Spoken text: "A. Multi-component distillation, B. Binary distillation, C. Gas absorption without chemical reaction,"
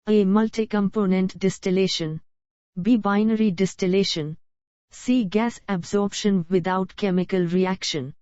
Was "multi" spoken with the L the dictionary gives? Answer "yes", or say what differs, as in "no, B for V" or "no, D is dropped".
yes